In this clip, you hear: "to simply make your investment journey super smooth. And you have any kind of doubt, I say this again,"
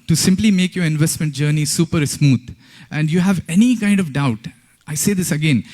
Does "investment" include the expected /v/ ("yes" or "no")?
yes